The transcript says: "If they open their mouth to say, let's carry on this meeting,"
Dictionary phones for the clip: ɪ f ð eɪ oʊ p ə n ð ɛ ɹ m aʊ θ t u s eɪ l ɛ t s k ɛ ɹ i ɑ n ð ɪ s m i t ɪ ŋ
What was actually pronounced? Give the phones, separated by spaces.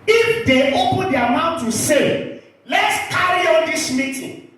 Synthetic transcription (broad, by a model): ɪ f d eɪ oʊ p ə n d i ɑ m aʊ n t u s eɪ l ɛ t s k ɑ ɹ i ɑ n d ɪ s m i t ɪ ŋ